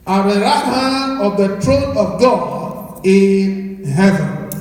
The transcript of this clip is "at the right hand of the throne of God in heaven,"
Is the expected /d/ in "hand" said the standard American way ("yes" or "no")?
no